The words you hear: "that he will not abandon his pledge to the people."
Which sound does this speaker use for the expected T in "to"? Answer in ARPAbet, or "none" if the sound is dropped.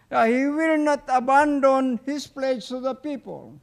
S